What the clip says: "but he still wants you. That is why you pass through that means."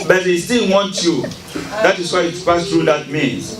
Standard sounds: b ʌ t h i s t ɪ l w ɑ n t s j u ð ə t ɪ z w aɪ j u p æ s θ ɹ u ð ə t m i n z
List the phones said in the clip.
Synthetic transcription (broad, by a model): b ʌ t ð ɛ s t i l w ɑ n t j u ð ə t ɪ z w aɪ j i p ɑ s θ ɹ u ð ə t m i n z